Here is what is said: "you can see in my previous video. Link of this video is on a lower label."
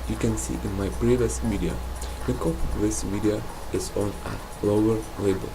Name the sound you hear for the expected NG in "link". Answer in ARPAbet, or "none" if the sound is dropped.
none